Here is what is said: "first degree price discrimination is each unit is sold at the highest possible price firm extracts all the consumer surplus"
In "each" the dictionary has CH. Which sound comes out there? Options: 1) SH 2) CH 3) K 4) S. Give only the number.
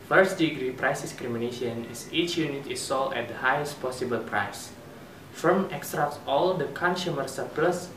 2